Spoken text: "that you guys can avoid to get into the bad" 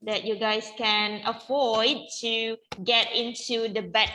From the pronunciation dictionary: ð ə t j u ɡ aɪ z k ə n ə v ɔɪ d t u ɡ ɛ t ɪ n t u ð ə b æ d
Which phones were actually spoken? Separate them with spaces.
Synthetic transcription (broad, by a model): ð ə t j u ɡ aɪ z k ə n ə f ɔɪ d t u ɡ ɛ t ɪ n t u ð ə b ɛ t